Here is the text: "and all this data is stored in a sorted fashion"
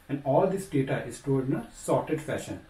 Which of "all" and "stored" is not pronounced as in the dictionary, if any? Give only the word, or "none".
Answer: stored